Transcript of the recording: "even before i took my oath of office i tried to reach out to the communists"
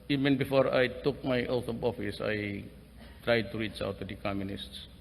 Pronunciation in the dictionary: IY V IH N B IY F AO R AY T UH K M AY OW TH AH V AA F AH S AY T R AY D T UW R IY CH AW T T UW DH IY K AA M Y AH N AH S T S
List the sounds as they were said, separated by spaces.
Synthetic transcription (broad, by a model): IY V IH N B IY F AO R AY T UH K M AY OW T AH B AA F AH S AY T R AY D T UW R IY CH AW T T UW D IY K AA M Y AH N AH S T S